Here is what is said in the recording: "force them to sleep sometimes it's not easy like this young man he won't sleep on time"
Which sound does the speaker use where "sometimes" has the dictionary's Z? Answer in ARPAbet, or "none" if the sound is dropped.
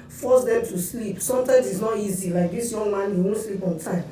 S